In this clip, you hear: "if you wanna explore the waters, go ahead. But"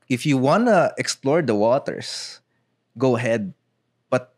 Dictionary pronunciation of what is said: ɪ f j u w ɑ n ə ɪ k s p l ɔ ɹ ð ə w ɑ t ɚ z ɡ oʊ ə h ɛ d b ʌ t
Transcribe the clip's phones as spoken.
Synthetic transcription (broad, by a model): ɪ f j u w ɑ n ə ɪ k s p l ɔ ɹ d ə w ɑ t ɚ s ɡ oʊ ə h ɛ d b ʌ t